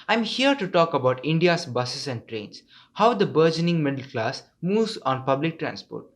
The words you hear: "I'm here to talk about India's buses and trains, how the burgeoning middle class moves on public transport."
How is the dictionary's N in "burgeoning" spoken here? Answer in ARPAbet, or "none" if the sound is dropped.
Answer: N